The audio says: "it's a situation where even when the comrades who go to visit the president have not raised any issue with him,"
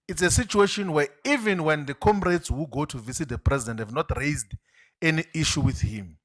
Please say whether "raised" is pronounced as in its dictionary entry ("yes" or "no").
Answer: yes